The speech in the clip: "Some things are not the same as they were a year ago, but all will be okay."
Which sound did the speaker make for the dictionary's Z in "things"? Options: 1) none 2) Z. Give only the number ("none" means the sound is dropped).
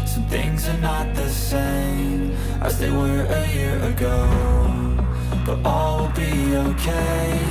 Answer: 2